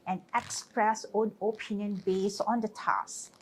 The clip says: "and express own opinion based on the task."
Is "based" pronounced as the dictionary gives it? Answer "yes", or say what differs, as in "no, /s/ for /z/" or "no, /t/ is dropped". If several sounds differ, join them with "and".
no, /t/ is dropped